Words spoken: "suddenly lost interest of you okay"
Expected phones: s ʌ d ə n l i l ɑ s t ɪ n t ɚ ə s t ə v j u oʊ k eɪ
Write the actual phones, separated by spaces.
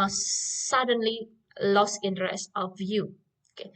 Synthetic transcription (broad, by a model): s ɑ d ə n l i l ɑ s ɪ n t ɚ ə s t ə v j u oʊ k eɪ